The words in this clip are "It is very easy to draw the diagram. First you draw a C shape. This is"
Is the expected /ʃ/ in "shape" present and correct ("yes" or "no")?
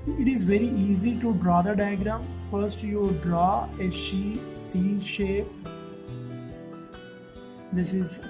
yes